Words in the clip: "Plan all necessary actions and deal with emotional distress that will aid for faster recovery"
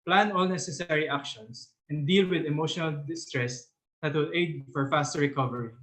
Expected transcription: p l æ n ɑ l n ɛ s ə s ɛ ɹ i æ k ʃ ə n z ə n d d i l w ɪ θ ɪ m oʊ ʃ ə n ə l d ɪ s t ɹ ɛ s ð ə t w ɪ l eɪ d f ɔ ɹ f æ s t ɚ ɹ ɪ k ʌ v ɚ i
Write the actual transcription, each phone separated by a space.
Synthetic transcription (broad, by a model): p l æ n ɑ l n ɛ s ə s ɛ ɹ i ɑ k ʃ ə n s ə n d d i l w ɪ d ɪ m oʊ ʃ ə n ə l d ɪ s t ɹ ɛ s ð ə t w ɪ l eɪ d f ɔ ɹ f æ s t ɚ ɹ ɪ k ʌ v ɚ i